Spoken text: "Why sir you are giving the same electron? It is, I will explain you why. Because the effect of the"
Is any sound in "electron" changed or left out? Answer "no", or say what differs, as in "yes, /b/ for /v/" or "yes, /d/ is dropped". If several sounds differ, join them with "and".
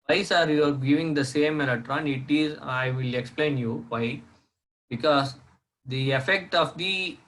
yes, /k/ is dropped